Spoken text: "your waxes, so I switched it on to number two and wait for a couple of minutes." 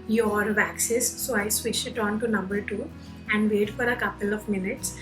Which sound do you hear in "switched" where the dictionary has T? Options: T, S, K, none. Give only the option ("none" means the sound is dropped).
none